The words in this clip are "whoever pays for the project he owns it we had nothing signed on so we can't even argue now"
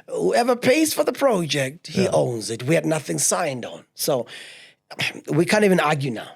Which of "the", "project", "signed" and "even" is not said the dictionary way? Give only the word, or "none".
none